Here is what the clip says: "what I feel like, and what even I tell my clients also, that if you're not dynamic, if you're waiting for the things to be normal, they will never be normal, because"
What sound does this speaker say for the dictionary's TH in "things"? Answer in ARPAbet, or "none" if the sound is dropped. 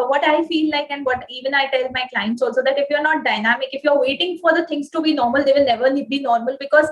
T